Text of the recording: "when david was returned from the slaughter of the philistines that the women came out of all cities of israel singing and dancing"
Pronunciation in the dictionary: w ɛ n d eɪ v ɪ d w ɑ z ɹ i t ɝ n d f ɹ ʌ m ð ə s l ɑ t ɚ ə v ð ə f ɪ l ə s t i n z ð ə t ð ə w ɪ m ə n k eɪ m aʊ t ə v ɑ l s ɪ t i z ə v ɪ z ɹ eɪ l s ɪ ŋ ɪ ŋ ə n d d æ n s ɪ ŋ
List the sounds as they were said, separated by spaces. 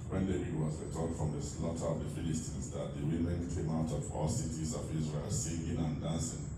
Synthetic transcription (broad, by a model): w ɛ n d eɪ ɪ w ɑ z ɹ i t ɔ d f ɹ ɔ m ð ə s l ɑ t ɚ ə v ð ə f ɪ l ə s t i n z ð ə t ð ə w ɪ m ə n k eɪ m aʊ t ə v ɑ l s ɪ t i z ə v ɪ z ɹ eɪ l s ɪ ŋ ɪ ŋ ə n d d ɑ n s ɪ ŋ